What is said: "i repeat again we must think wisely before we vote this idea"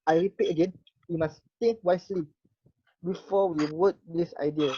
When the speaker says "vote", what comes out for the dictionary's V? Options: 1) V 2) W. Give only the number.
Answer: 2